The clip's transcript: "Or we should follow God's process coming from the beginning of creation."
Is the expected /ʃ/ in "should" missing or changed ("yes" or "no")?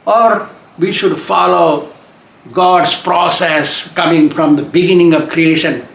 no